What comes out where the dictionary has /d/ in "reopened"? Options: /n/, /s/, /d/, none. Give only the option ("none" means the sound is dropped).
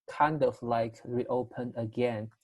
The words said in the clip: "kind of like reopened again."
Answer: none